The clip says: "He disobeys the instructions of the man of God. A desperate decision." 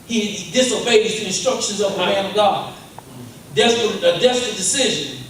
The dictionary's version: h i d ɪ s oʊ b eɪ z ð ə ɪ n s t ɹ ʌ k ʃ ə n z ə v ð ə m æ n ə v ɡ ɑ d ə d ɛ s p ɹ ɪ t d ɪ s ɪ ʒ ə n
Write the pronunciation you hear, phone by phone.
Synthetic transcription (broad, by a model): h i d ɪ s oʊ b eɪ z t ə ɪ n s t ɹ ʌ k ʃ ə n z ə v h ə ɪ ə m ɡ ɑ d ə d ɛ s p ɹ ɪ t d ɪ s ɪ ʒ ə n